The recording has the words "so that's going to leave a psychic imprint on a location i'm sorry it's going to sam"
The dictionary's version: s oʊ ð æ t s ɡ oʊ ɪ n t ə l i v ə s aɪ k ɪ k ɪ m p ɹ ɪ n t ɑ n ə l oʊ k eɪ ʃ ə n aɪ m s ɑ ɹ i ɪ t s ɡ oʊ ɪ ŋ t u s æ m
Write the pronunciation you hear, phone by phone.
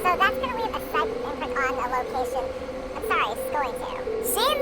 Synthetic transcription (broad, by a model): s oʊ ð æ t s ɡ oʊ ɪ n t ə w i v ə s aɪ ɪ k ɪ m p ɪ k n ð ə l oʊ k eɪ ʃ ə n aɪ m s ɑ ɹ i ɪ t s ɡ oʊ ɪ ŋ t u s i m